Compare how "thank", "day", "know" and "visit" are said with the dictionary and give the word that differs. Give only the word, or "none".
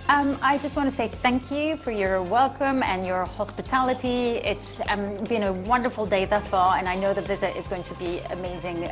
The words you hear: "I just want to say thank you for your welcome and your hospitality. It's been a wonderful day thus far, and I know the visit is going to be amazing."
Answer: none